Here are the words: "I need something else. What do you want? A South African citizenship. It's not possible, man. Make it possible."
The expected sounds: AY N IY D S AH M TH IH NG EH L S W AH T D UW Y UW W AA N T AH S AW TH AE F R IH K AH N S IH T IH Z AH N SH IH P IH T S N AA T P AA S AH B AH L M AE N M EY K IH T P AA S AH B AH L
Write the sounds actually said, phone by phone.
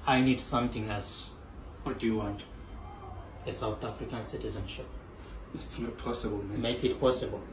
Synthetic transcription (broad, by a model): AY N IY D S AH M T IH NG EH L S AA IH D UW Y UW W AA N T AH S AW T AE F R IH K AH N S IH T IH Z AH N SH IH P IH T S N AA T P AA S AH B AH L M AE M EY K IH T P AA S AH B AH L